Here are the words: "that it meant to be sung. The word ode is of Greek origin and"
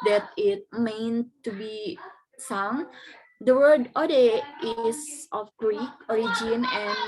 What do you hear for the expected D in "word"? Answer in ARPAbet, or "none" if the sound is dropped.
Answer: D